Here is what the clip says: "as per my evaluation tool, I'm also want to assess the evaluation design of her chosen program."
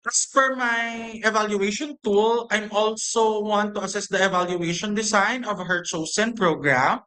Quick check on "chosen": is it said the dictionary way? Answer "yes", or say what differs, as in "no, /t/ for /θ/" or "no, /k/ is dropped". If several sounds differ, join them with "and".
no, /s/ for /z/